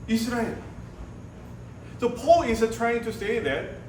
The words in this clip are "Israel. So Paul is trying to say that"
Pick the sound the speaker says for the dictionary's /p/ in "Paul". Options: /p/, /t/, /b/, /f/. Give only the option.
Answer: /p/